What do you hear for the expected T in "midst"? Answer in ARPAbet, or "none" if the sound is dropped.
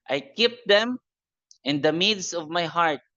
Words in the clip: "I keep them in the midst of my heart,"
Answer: none